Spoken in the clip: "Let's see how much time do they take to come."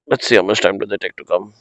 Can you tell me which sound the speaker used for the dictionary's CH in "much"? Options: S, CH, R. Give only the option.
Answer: S